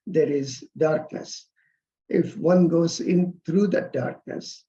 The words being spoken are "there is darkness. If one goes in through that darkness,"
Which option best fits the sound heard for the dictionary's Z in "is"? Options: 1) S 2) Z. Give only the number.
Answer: 2